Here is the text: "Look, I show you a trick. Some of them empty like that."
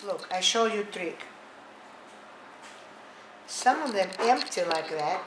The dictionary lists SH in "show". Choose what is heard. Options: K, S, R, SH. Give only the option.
SH